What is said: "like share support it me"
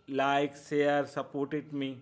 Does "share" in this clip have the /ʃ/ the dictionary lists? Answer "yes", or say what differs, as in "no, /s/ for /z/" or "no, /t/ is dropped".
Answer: no, /s/ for /ʃ/